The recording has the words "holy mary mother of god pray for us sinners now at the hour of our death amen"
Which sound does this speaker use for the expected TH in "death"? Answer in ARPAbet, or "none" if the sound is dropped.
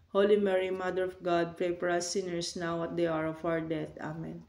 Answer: T